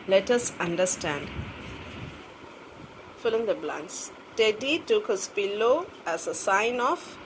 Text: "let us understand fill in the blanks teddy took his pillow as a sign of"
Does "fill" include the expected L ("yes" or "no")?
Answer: yes